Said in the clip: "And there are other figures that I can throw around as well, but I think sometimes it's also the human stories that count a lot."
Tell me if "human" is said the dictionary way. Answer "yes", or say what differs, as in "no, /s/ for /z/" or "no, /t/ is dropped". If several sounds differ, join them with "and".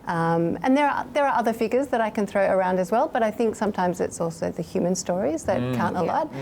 yes